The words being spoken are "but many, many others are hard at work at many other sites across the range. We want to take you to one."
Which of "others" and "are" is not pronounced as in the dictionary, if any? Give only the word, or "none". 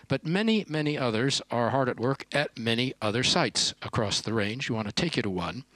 none